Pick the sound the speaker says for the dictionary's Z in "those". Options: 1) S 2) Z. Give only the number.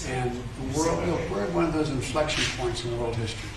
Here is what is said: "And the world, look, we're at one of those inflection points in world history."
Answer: 2